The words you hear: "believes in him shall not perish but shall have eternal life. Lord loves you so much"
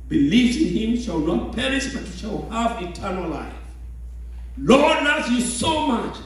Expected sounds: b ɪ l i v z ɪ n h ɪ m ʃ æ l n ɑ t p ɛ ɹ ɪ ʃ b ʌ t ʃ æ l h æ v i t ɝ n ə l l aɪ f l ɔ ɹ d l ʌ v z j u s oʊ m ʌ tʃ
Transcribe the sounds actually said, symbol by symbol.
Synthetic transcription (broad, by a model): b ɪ l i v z ɪ n h ɪ m ʃ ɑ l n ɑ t p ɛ ɹ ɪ s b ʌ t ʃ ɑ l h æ v i t ɝ n ə l l aɪ f l ɔ ɹ d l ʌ z j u s oʊ m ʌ tʃ